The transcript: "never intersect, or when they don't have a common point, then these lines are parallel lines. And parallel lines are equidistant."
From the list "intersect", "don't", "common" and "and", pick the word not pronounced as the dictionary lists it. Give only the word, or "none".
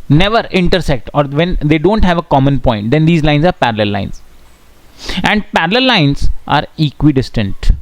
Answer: none